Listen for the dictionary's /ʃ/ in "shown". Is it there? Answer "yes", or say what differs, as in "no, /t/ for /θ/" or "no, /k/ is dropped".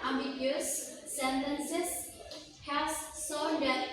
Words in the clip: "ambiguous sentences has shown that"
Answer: no, /s/ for /ʃ/